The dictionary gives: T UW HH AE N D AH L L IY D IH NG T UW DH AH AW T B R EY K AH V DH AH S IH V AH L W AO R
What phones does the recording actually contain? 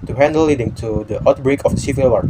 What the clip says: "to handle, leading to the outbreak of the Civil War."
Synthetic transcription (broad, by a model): T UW HH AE N D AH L L IY D IH NG T UW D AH AW T B R EY K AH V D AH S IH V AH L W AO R